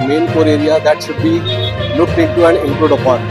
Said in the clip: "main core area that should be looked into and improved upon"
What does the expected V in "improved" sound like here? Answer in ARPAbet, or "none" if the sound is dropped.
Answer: none